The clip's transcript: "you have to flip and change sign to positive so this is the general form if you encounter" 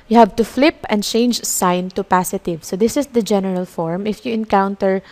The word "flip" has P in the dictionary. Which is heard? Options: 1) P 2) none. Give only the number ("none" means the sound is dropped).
1